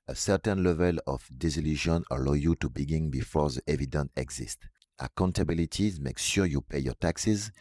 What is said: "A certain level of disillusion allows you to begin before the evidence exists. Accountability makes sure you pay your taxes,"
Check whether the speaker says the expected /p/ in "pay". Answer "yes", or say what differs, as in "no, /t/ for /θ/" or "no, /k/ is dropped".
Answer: yes